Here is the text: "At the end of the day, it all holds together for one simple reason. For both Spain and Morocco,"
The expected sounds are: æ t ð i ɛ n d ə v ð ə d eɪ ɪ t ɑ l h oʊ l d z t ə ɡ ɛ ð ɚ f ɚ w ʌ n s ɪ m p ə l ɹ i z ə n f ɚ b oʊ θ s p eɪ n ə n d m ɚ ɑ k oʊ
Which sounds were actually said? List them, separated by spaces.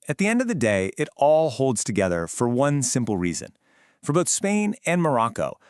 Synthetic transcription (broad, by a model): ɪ t ð i ɛ n d ə v ð ə d eɪ ɪ t ɑ l h oʊ l d z t ə ɡ ɛ ð ɚ f ɚ w ʌ n s ɪ m p l ɹ i z ə n f ɚ b oʊ θ s p eɪ n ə n m ɚ ɑ k oʊ